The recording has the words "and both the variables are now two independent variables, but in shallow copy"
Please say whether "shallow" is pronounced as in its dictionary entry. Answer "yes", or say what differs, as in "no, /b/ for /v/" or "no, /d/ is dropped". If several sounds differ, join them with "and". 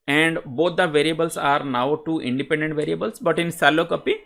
no, /s/ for /ʃ/